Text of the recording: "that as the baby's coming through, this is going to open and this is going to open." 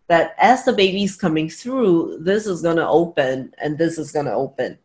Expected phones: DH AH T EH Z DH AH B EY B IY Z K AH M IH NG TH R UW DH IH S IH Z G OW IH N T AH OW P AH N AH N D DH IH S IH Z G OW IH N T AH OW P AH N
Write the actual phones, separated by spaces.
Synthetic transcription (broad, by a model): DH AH T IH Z DH AH B EY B IY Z K AH M IH NG TH R UW DH IH S IH Z G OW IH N T AH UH P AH N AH N DH IH S IH Z G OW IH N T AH OW P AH N